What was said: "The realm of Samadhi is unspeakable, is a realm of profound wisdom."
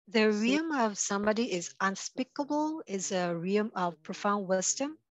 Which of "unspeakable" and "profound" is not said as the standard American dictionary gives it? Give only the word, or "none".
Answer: none